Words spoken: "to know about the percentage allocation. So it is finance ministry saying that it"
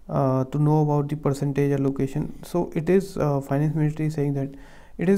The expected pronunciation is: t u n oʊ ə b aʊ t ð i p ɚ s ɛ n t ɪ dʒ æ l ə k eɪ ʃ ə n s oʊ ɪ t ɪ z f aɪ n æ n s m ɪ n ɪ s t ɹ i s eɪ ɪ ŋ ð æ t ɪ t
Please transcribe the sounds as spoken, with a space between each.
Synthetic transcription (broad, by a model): t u n oʊ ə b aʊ t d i p ɚ s ɛ n t ɪ dʒ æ l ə k eɪ ʃ ə n s oʊ ɪ t ɪ z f aɪ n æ n s m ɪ l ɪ t ɹ i s eɪ ɪ ŋ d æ t ɪ t